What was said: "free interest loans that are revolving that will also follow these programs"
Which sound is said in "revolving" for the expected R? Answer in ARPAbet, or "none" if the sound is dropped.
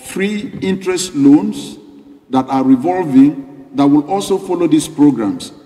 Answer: R